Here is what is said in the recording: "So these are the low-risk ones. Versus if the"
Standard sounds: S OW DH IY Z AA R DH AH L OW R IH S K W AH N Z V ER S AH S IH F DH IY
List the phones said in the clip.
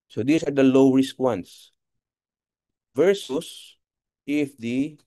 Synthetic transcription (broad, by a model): S OW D IY S AA R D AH L OW R IH S K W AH N S V ER S AH S IH F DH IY